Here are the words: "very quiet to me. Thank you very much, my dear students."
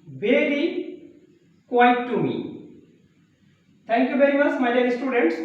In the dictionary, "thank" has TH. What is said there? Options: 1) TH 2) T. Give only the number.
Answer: 2